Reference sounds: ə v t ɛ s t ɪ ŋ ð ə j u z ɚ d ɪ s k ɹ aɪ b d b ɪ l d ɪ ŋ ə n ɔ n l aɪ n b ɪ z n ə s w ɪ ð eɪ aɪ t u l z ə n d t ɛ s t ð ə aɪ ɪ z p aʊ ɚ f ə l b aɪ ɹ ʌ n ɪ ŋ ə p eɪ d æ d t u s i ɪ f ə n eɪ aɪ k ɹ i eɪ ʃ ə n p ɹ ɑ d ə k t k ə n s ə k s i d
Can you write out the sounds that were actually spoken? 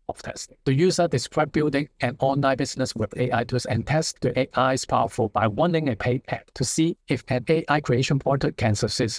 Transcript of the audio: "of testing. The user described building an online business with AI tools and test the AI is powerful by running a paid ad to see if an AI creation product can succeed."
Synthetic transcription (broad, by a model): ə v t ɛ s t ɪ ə j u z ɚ d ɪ s k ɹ aɪ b b ɪ l d ɪ ŋ ə n ɔ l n aɪ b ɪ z n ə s w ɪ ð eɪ aɪ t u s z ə n t ɛ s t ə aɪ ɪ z p aʊ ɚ f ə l b aɪ w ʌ n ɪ ŋ ə p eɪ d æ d t u s i ɪ f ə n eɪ aɪ k ɹ i eɪ ʃ ə n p ɑ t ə t k ə n s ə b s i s